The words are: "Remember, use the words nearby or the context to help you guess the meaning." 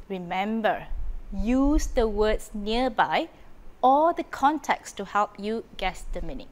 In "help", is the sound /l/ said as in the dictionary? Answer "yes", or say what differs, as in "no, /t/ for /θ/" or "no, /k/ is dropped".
yes